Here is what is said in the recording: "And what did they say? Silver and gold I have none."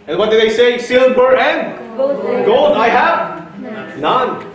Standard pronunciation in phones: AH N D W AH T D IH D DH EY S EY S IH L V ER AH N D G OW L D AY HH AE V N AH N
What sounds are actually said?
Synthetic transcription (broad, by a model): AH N W AH T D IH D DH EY S EY S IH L B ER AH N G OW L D AY HH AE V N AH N